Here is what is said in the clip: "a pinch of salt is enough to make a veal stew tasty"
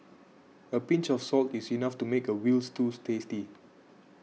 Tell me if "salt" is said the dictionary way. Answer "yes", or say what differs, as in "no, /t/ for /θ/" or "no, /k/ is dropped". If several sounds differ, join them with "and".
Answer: yes